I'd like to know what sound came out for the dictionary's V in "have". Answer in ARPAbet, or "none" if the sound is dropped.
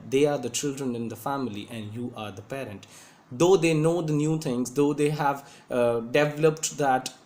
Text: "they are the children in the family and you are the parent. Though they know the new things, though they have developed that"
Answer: V